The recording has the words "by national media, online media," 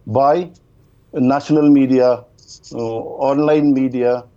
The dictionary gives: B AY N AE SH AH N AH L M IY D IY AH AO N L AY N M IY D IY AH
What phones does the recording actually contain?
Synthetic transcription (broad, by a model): B AY N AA S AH N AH L M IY D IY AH AO N L AY N M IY D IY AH